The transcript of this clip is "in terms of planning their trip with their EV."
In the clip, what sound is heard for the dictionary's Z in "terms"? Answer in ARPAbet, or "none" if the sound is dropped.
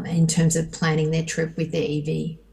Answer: Z